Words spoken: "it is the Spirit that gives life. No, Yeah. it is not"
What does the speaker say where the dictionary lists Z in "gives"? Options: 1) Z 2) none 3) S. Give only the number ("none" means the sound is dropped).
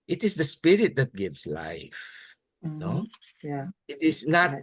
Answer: 3